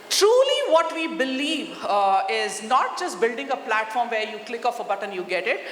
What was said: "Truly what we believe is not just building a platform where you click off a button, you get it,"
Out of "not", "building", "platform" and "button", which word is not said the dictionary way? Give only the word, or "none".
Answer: none